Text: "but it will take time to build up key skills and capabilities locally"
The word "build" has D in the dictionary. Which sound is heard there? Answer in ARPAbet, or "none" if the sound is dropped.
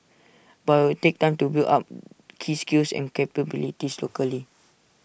none